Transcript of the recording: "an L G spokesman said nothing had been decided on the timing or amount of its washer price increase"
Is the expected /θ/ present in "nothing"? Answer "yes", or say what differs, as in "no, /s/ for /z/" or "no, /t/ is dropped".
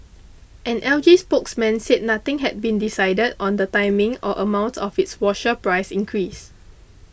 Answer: no, /t/ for /θ/